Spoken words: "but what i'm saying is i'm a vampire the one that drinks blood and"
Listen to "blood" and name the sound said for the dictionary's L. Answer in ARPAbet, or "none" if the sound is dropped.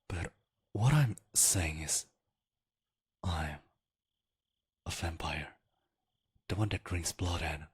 L